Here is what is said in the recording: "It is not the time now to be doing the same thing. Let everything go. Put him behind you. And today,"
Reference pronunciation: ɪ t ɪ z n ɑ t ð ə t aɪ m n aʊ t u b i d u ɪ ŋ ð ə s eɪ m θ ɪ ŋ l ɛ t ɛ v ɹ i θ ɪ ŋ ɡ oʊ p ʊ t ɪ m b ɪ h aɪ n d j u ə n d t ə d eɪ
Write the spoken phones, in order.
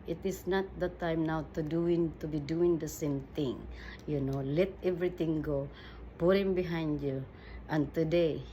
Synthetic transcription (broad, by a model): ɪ t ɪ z n ɑ t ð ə t aɪ m n aʊ t u b i d u ɪ ŋ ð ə s eɪ m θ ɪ ŋ l ɛ t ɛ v ɹ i t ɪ ŋ ɡ oʊ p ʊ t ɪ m b ɪ h aɪ n d j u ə n t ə d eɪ